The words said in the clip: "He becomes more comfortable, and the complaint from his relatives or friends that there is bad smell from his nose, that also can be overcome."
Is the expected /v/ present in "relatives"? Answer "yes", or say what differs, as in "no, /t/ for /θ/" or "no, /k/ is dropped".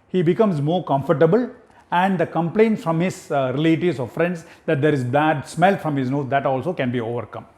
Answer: no, /v/ is dropped